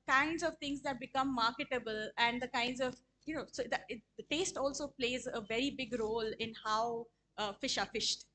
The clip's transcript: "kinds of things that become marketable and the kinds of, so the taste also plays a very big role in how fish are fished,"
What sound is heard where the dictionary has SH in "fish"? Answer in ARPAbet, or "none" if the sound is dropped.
SH